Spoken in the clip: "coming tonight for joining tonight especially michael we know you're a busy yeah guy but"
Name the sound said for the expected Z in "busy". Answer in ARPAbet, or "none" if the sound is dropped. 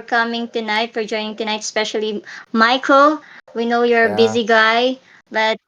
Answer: Z